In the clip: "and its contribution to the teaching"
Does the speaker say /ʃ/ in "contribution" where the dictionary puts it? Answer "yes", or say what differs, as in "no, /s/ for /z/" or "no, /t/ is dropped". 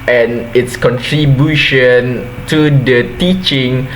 yes